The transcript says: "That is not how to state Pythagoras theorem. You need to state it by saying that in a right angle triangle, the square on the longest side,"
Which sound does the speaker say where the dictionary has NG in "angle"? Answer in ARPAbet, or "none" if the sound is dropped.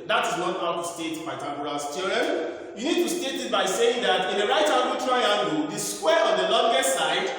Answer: none